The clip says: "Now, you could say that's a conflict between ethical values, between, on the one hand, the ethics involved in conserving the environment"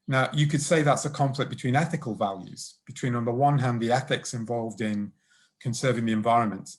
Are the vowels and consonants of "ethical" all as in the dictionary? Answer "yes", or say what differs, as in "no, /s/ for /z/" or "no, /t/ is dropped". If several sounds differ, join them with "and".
yes